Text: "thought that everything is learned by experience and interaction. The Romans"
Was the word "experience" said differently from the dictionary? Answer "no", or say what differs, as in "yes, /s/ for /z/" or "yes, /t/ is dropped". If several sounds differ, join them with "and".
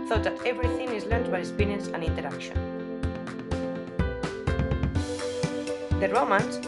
yes, /k/ is dropped